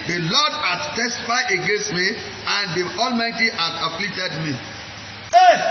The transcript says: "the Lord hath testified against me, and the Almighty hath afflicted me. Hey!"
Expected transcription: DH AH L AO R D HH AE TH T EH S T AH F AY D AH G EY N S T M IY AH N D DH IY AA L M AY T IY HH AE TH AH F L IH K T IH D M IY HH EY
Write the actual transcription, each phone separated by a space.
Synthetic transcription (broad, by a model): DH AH L AO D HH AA S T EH S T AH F AY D AH G EY N S T M IY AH N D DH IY AA L M AY T IY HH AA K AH P L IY T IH D M IY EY